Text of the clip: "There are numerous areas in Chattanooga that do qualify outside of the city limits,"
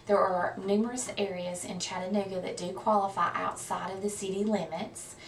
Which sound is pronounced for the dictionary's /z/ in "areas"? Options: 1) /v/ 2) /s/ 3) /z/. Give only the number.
3